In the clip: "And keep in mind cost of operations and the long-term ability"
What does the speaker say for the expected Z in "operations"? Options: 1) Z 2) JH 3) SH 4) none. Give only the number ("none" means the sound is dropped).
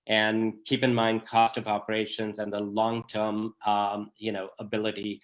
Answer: 1